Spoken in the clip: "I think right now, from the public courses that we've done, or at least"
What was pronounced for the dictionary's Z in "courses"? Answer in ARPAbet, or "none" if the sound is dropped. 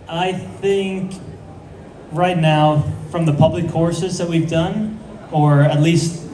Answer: Z